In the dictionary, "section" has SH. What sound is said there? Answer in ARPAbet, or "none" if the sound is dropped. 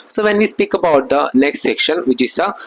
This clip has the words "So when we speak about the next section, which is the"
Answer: SH